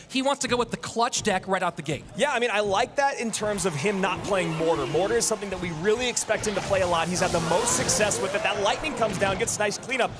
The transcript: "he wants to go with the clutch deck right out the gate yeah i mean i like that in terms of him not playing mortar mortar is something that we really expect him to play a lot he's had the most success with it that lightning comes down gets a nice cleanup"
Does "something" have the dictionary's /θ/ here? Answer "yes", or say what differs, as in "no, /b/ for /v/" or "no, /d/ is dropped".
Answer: yes